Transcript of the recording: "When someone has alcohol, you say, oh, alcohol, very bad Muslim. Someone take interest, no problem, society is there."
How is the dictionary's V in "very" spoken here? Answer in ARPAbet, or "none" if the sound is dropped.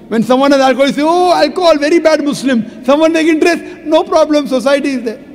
V